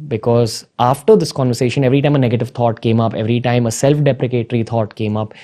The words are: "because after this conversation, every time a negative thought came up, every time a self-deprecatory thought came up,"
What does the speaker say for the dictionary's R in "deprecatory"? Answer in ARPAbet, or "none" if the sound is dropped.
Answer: R